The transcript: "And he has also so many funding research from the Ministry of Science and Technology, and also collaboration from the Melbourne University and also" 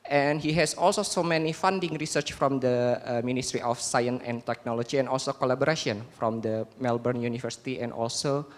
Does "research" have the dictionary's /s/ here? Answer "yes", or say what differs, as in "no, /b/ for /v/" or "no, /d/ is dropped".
yes